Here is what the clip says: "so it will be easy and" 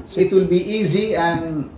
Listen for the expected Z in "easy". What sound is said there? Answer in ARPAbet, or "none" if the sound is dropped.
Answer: Z